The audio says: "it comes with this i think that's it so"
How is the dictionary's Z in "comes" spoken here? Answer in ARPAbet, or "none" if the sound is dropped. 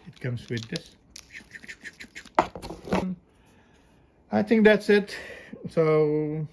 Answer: S